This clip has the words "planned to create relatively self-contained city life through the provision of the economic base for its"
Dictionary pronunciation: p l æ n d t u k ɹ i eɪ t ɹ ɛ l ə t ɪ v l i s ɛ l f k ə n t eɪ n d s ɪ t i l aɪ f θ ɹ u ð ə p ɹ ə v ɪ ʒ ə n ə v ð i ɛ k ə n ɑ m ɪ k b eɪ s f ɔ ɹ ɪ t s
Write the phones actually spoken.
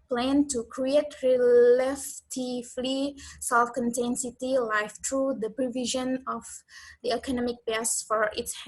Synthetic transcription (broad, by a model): p l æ n t u k ɹ i eɪ t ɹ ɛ l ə t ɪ f l i s ɛ l f k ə n t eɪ n s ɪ t i l aɪ f t ɹ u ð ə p ɹ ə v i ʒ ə n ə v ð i ɛ k ə n ɑ m ɪ k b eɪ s f ɔ ɹ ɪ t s